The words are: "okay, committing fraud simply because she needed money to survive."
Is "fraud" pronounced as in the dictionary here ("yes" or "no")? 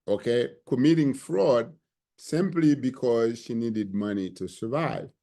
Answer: yes